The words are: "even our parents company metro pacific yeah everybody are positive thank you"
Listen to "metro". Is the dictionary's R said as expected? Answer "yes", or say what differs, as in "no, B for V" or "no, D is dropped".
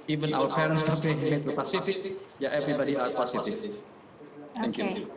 no, R is dropped